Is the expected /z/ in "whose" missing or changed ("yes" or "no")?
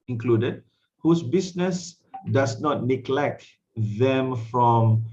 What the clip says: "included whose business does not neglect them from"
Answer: yes